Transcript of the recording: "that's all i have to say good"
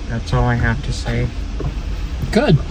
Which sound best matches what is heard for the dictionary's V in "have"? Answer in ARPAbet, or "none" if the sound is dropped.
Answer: F